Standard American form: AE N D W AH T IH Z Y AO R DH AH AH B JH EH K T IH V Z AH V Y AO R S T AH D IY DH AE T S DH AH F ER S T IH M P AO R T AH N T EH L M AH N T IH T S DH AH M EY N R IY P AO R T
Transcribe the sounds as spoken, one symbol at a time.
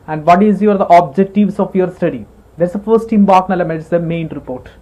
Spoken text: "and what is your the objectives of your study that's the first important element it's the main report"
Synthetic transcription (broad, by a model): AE N D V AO T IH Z Y AO R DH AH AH B JH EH K T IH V S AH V Y AO R S T AH D IY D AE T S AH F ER S T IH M B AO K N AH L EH M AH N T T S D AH M EY N R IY P AO R T